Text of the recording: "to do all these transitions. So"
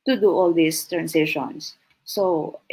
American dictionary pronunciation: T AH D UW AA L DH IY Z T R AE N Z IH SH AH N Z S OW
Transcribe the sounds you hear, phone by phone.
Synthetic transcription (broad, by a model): T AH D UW AA L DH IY S T R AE N S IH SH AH N S OW